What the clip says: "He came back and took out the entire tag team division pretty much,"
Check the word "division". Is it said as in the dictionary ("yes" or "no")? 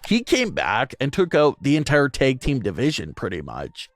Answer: yes